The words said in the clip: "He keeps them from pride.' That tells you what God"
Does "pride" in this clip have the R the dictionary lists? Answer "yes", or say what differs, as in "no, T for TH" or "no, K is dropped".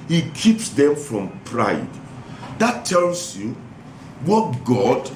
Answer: yes